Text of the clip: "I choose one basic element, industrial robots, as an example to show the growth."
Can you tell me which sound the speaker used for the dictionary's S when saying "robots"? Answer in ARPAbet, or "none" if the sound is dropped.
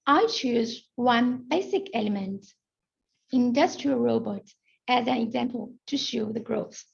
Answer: none